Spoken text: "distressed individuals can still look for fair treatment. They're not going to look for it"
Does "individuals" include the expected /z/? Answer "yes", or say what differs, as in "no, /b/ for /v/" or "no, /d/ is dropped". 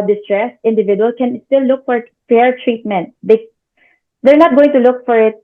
no, /z/ is dropped